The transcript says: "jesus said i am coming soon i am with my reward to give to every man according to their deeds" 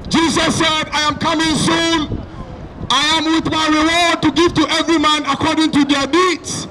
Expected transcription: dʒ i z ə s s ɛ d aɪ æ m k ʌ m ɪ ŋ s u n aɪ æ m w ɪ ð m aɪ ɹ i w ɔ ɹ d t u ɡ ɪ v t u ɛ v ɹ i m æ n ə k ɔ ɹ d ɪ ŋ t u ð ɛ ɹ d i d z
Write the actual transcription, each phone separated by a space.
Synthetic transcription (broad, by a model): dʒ i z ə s s ɛ d aɪ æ m k ʌ m ɪ ŋ s u n aɪ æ m w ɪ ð m aɪ ɹ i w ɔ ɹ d t u ɡ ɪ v t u ɛ v ɹ i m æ n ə k ɔ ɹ d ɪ ŋ t u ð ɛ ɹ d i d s